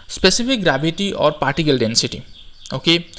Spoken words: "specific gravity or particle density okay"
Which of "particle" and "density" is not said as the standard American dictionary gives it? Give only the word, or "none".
none